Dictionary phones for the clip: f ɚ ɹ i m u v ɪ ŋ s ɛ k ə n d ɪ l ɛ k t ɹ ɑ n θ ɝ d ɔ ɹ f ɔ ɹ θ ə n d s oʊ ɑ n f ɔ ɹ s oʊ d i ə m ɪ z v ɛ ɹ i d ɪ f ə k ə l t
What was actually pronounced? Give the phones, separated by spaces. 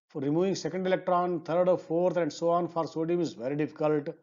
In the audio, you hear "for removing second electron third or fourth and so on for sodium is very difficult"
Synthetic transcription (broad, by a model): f ɹ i m u v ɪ ŋ s ɛ k ə n d ɪ l ɛ k t ɹ ɑ n t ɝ d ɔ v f ɔ ɹ t ə n d s oʊ ɑ n f ɔ ɹ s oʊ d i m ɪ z v ɛ ɹ i d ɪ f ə k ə l t